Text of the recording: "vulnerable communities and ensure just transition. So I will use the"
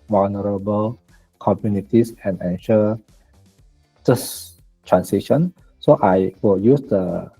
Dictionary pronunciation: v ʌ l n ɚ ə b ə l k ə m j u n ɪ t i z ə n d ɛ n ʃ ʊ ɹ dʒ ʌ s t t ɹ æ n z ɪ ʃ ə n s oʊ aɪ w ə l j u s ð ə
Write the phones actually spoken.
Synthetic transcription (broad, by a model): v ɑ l n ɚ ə b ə l k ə m j u n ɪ t i s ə n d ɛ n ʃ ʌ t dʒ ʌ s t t ɹ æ n s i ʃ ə n s oʊ aɪ w ə l j u s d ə